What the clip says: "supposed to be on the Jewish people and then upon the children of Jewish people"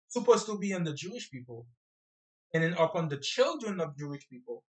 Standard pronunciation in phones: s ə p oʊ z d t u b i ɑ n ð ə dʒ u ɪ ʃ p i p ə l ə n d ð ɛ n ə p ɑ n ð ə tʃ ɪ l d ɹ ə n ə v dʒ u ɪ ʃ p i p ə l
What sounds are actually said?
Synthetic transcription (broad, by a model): s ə p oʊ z t u b i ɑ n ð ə dʒ u ɪ ʃ p i p ə l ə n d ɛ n ə p ɑ n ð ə tʃ ɪ l d ɹ ə n ə v dʒ u ɪ ʃ p i p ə l